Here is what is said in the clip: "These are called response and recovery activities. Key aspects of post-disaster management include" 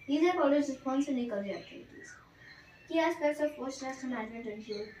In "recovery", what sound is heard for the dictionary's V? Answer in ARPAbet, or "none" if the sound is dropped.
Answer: none